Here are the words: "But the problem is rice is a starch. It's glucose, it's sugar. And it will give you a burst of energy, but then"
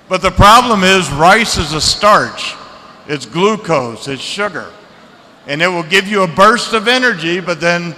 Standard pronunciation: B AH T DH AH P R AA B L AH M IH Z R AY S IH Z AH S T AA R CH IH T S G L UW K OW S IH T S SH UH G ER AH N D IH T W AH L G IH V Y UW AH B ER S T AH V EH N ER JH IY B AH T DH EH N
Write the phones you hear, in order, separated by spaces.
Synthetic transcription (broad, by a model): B AH T DH AH P R AA B L AH M IH Z R AY S IH Z AH S T AA R CH IH T S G L UW K OW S IH T S SH UH G ER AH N IH T W AH L G IH V Y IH AH B ER S T AH V EH N ER JH IY B AH T DH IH N